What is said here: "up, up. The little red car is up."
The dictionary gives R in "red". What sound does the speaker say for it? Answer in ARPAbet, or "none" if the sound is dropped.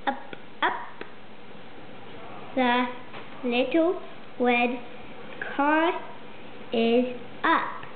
W